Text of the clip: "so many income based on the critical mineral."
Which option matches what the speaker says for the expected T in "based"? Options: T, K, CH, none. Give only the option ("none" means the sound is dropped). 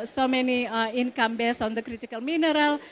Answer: none